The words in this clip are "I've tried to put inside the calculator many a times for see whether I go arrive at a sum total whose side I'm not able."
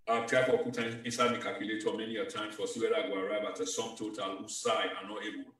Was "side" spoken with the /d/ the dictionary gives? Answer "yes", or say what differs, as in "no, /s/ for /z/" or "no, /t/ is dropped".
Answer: no, /d/ is dropped